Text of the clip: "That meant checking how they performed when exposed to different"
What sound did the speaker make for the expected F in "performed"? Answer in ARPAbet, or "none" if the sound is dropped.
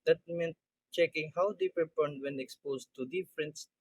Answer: P